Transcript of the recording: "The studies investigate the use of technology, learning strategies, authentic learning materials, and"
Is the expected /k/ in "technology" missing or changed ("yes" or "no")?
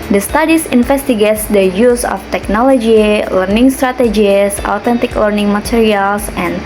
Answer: no